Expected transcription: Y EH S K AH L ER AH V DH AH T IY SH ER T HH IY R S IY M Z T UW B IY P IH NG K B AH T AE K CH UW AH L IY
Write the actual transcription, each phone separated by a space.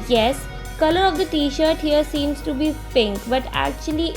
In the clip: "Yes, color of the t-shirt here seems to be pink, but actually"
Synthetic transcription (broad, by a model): Y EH S K AH L ER AH V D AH T IY SH ER T HH IY R S IY M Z T UW B IY F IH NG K B AH T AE K CH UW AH L IY